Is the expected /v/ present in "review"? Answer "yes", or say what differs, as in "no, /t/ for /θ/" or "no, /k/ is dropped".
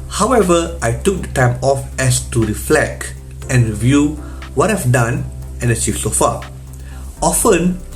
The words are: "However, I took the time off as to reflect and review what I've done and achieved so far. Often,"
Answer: yes